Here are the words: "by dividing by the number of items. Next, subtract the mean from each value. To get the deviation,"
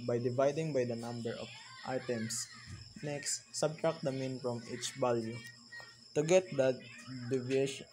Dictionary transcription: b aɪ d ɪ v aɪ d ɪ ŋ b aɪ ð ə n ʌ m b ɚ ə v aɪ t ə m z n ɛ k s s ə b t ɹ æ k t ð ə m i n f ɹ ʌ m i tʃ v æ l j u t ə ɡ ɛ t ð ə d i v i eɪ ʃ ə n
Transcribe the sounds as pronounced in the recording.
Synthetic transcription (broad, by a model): b aɪ d ɪ v aɪ d ɪ ŋ b aɪ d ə n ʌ m b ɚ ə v aɪ t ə m s n ɛ k s s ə b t ɹ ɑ k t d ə m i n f ɹ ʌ m i tʃ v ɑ l j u t ə ɡ ɛ t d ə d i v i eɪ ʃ